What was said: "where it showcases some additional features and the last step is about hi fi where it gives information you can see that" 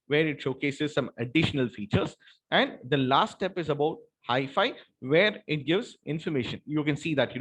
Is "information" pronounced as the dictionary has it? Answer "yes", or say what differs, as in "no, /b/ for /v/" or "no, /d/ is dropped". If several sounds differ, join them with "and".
yes